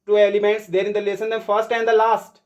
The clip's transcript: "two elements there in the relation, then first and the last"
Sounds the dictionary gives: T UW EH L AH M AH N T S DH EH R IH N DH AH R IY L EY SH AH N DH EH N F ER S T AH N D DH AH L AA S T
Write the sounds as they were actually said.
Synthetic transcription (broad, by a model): T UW EH L AH M AH N T S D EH R IH N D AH L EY S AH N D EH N F ER S T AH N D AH L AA S T